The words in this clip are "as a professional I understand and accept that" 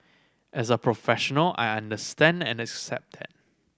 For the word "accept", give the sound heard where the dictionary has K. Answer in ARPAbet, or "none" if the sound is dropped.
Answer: K